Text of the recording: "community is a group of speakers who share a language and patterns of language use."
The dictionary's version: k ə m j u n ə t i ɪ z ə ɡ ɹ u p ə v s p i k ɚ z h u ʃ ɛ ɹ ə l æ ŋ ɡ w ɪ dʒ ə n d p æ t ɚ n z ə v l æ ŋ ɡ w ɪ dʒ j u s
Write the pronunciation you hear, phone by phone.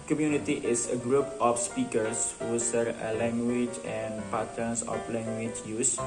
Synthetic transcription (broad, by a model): k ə m j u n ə t i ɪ s ə ɡ ɹ u p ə f s p i k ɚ s h u s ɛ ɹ ə l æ ŋ ɡ w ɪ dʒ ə n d p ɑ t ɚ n s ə f l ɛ ŋ ɡ w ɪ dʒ j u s